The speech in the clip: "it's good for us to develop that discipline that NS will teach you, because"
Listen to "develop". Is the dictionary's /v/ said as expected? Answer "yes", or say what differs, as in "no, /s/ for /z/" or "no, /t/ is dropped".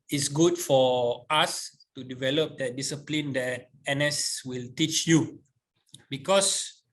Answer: yes